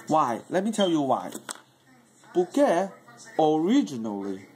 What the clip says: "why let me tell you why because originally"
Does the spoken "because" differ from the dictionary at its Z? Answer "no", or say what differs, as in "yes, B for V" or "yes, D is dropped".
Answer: yes, Z is dropped